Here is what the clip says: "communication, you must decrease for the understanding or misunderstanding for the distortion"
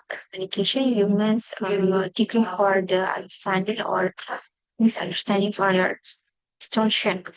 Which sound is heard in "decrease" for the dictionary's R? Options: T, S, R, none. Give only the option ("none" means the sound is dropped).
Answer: none